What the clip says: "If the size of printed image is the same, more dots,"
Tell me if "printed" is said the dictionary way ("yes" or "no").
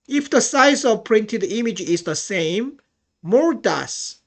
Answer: yes